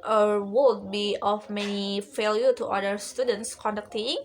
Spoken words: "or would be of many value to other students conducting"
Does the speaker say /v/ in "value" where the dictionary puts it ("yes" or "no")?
no